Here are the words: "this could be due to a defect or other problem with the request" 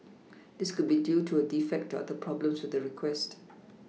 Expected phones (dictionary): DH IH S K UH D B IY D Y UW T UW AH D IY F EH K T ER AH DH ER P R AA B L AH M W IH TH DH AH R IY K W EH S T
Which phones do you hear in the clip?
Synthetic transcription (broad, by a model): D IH S K UH D B IY D Y UW T UW AH D IY F EH K T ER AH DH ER P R AA B L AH M W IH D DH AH R IY K W EH S T